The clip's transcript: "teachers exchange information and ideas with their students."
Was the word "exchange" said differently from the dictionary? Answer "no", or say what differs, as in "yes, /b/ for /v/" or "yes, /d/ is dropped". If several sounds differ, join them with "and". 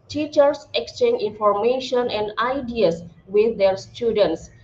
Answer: no